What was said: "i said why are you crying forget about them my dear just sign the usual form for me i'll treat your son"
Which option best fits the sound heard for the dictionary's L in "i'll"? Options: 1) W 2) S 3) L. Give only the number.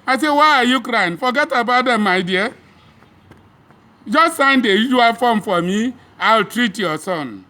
3